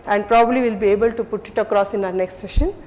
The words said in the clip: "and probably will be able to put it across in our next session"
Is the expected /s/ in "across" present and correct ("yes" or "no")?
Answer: yes